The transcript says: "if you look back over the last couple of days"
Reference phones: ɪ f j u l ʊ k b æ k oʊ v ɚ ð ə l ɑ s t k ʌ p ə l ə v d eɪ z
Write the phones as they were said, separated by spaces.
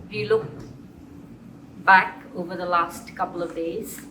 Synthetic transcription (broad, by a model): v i l ʊ k b æ k oʊ v ɚ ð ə l ɑ s t k ʌ p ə l ə v d eɪ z